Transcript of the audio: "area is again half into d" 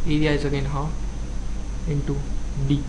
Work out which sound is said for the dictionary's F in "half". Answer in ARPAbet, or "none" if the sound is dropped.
none